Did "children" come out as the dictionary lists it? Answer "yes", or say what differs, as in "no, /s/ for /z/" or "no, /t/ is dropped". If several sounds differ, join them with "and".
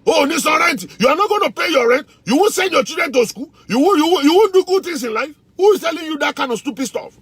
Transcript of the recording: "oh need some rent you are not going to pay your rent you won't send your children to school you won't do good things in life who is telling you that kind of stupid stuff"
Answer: no, /l/ is dropped